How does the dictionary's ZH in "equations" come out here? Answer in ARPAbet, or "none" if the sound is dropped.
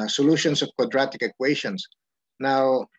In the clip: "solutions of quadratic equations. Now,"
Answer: SH